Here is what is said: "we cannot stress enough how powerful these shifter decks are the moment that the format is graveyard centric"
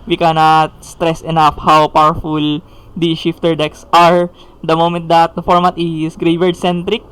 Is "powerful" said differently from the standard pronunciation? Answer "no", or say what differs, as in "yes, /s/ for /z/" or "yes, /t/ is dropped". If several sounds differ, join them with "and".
no